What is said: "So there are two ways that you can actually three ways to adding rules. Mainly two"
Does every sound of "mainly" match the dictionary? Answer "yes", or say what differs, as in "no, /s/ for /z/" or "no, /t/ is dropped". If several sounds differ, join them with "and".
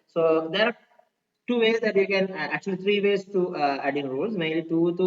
no, /n/ is dropped